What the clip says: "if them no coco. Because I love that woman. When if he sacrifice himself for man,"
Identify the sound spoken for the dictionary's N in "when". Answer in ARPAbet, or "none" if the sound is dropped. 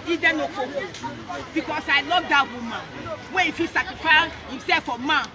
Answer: none